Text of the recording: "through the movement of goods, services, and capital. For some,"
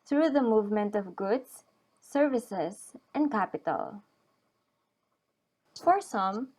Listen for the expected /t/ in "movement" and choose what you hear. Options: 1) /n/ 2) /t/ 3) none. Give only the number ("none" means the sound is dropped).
2